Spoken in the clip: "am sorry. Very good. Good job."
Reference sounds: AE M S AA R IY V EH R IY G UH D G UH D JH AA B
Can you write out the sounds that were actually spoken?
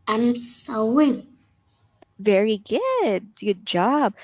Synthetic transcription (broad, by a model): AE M S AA W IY V EH R IY G UH D G UH D JH AA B